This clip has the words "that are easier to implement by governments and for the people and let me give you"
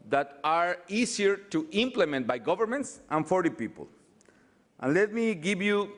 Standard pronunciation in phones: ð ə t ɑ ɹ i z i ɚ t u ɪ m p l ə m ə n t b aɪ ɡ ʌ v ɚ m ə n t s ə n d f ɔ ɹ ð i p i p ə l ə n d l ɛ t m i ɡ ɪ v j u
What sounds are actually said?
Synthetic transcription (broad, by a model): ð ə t ɑ ɹ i s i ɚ t u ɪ m p l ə m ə n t b aɪ ɡ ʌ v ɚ m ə n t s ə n f ɔ ɹ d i p i p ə l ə n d l ɛ t m i ɡ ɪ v j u